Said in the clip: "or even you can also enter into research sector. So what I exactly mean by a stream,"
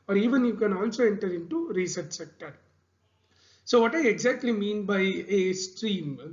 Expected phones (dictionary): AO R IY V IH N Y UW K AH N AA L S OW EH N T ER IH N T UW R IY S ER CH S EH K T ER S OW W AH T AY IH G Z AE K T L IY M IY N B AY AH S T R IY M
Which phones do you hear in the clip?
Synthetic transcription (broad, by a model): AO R IY V IH N Y UW K AH N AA N S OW EH N T ER IH N T UW R IY S ER CH S EH K T ER S OW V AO T AY IH G Z AE K T L IY M IY N B AY AH S T R IY M